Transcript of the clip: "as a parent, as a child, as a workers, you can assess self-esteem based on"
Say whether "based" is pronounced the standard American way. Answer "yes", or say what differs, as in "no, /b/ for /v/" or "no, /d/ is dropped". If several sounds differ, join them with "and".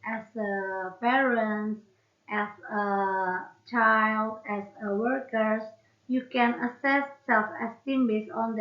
no, /t/ is dropped